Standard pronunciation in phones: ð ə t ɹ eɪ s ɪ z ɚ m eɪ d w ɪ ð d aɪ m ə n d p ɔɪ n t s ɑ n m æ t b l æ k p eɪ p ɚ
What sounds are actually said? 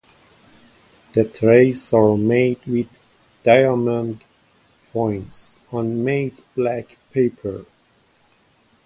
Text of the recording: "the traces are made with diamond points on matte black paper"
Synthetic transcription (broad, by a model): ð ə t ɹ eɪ ɪ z ɚ m eɪ d w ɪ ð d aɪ m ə n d p ɔɪ n t s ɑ n m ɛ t b l æ k p eɪ p ɚ